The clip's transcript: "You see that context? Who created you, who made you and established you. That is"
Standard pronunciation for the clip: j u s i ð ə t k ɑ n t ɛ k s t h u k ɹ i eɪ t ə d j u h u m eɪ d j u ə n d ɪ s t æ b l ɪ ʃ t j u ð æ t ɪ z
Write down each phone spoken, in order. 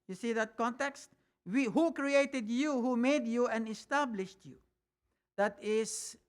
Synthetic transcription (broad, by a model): j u s i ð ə t k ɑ n t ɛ k s t h u k ɹ i eɪ t ə d j u h u m eɪ d j u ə n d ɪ s t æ b l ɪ ʃ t j u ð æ t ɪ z